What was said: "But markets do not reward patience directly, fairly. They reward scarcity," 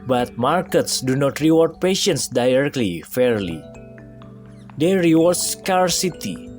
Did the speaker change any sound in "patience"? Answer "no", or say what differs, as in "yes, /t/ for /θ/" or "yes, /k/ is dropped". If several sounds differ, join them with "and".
no